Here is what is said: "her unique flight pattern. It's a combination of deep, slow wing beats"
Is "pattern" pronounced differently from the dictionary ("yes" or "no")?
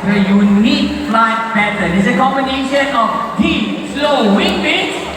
yes